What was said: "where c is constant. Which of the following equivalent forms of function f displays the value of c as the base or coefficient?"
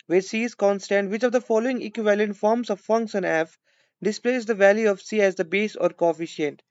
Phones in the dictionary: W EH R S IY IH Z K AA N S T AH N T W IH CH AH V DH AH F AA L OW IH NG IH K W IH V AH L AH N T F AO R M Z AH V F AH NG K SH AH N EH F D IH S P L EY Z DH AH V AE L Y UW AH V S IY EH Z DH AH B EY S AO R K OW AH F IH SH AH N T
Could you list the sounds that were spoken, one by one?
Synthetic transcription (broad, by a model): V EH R S IY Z K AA N S T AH N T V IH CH AH V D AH F AA L OW IH NG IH K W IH V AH L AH N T F AO R M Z AH V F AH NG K S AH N EH F D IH S P L EY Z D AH V AE L Y UW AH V S IY EH Z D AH B EY S AO R K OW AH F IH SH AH N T